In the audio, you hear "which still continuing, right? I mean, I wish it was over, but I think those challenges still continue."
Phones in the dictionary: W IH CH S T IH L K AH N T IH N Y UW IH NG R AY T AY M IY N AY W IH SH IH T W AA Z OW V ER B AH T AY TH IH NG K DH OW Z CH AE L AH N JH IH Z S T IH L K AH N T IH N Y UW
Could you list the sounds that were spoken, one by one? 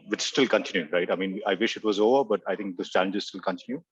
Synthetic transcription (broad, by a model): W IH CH S T IH L K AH N T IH N Y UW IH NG R AY T AY M IY N AY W IH SH IH T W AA Z OW V ER B AH T AY T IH NG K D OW S CH AE L AH N JH IH Z S T IH L K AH N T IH N Y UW